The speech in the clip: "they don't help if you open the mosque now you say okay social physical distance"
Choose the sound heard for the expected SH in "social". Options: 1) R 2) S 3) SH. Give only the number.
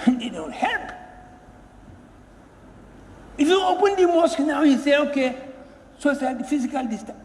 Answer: 2